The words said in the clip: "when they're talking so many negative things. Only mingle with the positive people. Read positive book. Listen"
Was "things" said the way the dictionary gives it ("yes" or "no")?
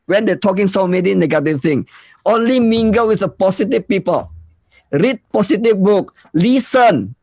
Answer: no